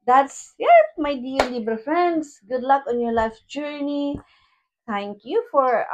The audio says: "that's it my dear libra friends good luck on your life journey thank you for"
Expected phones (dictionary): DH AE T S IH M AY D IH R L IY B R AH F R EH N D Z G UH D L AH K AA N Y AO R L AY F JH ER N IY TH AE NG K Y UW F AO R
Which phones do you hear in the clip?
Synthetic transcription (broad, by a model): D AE T S IH M AY D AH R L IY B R F R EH N D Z G UH D L AH K AA N Y AO R L AY F JH ER N IY T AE NG K Y UW F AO R